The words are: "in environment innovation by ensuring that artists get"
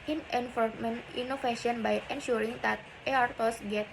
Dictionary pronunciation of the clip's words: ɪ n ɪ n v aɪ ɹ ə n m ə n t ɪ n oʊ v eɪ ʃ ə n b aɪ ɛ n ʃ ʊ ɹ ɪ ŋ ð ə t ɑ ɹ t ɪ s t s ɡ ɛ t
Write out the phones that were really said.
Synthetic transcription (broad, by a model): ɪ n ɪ n f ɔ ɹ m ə n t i n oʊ f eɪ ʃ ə n b aɪ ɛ n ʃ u ɹ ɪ ŋ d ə t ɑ ɹ t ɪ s s ɡ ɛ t